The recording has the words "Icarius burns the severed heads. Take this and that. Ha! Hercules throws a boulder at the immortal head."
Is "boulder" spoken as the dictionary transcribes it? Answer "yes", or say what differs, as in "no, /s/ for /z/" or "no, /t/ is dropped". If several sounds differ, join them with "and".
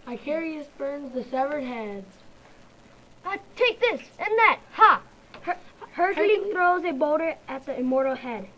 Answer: no, /l/ is dropped